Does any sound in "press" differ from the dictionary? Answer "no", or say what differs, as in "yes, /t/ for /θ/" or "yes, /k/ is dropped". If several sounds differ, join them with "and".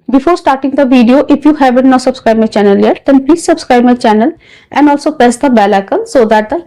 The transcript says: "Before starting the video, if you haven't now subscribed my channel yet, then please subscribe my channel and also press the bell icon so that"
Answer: yes, /ɹ/ is dropped